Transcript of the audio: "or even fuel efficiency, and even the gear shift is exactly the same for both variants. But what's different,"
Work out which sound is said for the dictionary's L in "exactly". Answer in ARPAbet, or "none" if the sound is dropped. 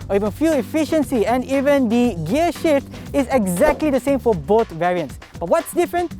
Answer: L